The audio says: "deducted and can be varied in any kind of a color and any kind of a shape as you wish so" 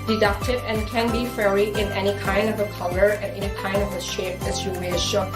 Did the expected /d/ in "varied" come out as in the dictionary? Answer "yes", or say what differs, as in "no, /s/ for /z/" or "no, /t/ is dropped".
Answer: no, /d/ is dropped